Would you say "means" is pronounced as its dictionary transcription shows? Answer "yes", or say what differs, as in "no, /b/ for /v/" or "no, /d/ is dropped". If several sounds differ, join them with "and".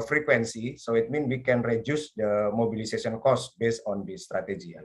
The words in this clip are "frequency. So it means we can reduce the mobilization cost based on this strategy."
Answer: no, /z/ is dropped